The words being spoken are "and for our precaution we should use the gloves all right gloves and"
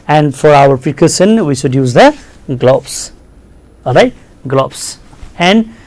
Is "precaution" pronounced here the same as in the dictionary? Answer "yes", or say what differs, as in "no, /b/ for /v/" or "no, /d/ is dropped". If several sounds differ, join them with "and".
no, /s/ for /ʃ/